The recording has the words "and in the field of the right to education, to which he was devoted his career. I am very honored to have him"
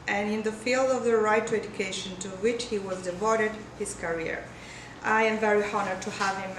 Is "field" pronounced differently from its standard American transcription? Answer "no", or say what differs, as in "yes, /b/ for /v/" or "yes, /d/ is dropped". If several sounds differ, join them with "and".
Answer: no